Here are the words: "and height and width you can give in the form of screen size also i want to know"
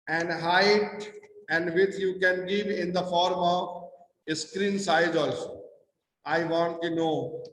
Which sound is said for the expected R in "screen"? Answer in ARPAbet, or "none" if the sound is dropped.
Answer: R